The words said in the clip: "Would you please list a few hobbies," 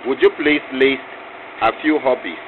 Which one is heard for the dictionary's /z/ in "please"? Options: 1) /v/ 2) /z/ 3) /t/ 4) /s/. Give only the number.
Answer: 4